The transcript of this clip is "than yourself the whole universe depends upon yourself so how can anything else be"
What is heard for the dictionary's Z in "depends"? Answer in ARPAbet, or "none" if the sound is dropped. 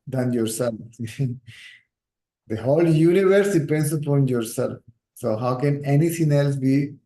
S